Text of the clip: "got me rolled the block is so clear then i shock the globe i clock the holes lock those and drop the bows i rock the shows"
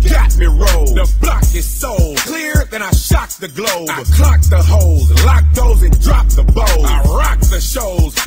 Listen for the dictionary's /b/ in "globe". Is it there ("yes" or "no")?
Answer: no